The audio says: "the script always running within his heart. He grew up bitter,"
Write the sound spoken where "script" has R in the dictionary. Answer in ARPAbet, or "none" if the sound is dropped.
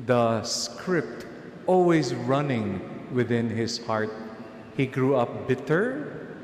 R